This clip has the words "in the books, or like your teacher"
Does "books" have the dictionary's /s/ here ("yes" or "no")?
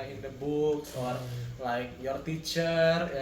no